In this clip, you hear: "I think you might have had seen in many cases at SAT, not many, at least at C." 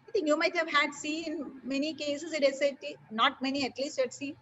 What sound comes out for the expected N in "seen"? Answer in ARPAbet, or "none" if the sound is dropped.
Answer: none